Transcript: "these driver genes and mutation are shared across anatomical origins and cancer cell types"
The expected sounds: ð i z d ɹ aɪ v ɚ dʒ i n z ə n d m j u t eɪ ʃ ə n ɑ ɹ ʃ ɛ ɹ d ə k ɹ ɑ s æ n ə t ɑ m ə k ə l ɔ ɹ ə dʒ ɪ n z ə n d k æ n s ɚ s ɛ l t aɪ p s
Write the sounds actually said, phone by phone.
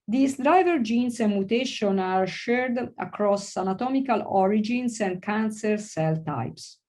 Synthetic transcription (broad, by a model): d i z d ɹ aɪ v ɚ dʒ i n s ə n m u t eɪ ʃ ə n ɑ ɹ ʃ ɛ ɹ d ə k ɹ ɑ s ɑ n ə t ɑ m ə k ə l ɔ ɹ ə dʒ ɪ n s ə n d k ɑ n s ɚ s ɛ l t aɪ p s